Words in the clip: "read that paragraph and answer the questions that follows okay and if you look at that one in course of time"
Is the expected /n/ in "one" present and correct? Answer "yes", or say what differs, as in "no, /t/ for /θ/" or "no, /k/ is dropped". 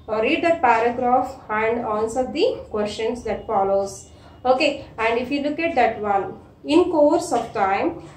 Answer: no, /l/ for /n/